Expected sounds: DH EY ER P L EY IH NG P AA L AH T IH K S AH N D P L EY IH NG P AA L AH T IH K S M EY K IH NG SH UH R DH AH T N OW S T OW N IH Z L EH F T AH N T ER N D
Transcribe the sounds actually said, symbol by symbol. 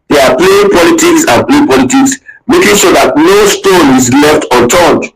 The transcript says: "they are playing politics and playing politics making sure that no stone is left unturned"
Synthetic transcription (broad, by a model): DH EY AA P L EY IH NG P AA L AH T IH K S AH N P L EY P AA L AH T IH K S M EY K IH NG SH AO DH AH T N OW S T OW N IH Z L EH F T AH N T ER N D